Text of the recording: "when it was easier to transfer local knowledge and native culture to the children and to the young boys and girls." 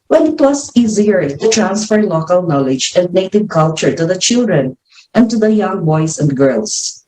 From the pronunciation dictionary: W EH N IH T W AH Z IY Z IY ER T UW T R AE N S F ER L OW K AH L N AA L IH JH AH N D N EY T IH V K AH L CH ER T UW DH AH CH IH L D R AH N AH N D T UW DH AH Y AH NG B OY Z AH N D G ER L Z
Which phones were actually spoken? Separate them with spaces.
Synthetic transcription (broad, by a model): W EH N IH T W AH S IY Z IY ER T UW T R AE N S F ER L OW K AH L N AA L IH JH AH N D N EY T IH V K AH L CH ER T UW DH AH CH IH L D R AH N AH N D T UW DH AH Y AH NG B OY S AH N D G ER L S